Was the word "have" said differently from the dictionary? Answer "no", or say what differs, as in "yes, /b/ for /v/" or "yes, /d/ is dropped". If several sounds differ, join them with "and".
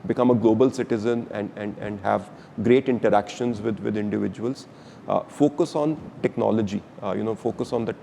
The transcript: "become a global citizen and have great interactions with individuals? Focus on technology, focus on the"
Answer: no